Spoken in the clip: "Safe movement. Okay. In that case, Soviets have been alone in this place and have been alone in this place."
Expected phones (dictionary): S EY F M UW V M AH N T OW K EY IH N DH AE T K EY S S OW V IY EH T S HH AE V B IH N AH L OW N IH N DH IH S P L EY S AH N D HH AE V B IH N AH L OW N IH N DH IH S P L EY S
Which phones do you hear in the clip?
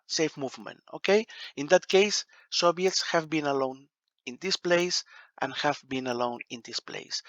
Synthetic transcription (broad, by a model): S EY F M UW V M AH N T OW K EY IH N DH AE T K EY S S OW B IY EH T S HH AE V B IH N AH L OW N IH N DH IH S P L EY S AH N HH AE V B IH N AH L OW N IH N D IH S P L EY S